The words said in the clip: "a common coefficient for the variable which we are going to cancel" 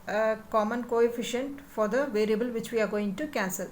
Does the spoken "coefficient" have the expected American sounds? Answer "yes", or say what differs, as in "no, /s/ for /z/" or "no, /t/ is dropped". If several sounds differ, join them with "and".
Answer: yes